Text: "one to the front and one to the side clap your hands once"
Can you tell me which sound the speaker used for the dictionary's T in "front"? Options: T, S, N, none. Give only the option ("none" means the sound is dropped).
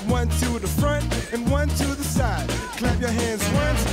T